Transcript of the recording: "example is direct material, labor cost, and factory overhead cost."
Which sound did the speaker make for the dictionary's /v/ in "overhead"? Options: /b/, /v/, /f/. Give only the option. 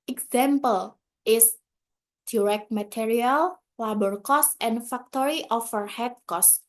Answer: /f/